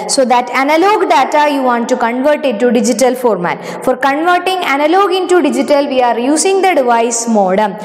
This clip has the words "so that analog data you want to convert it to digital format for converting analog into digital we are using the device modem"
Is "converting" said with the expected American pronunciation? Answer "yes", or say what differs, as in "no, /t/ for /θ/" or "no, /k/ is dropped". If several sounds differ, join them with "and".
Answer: yes